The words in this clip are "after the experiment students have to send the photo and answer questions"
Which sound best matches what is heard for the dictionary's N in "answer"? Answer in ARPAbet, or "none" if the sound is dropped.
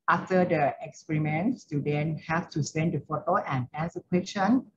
none